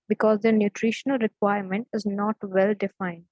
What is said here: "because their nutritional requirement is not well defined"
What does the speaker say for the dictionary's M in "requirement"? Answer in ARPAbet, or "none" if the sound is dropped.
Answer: M